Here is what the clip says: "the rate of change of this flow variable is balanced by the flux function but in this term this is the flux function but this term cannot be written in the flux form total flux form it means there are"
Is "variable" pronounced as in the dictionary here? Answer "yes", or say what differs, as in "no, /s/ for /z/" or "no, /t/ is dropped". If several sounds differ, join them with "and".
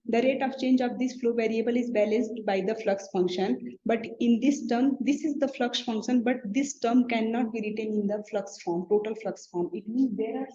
yes